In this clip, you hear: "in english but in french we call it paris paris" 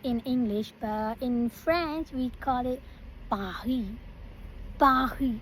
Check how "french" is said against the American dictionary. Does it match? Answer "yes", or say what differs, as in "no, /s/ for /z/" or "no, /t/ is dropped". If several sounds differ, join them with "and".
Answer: no, /s/ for /tʃ/